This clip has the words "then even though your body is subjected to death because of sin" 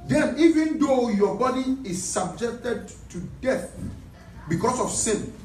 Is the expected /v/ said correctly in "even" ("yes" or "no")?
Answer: yes